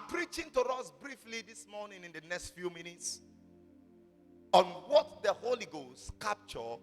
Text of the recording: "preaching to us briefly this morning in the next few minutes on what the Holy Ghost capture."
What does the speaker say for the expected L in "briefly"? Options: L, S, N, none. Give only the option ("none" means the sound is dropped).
L